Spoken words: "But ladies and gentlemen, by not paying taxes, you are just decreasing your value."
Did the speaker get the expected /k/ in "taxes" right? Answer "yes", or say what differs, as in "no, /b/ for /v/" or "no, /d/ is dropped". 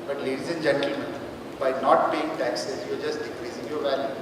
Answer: yes